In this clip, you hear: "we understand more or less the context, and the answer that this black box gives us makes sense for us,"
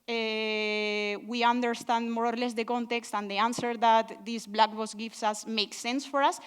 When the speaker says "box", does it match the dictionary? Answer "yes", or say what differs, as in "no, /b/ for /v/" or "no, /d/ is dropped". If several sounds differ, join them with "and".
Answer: no, /k/ is dropped